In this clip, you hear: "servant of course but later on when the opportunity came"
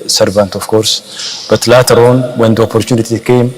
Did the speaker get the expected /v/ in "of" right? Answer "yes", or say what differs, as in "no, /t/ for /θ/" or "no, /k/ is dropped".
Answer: no, /f/ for /v/